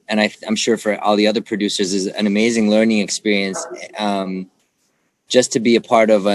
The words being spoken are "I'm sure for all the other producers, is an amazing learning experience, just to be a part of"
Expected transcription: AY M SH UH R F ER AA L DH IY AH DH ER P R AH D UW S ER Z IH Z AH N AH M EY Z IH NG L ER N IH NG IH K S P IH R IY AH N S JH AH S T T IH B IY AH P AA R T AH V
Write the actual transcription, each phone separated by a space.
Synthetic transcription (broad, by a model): AY M SH UH R F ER AA L DH IY AH DH ER P R AH D UW S ER Z IH Z AH N AH M EY Z IH NG L ER N IH NG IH K S P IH R IY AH N S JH AH S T T IH B IY AH P AA R T AH V